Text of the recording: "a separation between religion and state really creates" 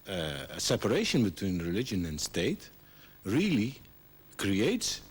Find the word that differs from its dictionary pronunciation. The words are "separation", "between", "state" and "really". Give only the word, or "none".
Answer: none